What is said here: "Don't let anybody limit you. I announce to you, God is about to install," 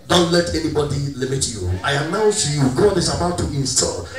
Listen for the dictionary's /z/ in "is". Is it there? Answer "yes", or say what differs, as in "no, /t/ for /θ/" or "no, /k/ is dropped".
no, /s/ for /z/